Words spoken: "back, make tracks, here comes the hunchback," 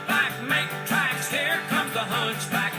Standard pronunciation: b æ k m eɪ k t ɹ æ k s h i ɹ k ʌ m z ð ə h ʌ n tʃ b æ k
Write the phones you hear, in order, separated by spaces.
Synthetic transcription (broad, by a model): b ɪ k m eɪ k t ɹ æ k s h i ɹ k ʌ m ð ə h ʌ n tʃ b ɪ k